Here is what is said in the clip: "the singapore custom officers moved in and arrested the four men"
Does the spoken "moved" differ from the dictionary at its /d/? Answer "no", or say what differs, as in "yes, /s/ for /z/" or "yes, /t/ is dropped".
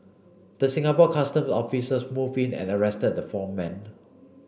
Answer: yes, /d/ is dropped